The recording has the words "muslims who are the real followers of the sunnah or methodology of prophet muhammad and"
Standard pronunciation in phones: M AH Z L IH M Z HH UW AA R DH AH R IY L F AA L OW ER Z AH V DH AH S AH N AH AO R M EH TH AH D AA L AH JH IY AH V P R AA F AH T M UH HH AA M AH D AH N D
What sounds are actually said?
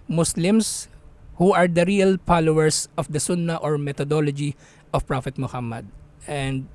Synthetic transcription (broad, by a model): M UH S L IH M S HH UW AA R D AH R IY L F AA L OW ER S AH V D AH S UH N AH AO R M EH T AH D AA L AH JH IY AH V P R AA F AH T M UH HH AA M AH D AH N D